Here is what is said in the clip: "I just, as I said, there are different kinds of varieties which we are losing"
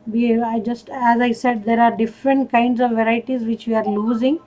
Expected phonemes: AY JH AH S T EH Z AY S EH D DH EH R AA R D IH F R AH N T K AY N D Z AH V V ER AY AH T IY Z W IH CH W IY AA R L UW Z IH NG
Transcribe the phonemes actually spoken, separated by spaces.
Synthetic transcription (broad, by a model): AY JH AH S T EH Z AY S EH D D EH R AA R D IH F R AH N T K AY N D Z AH V V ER AY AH T IY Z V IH CH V IY AA R L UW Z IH NG